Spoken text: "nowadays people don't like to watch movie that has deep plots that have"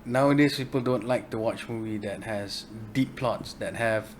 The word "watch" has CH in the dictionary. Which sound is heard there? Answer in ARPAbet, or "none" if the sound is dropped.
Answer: CH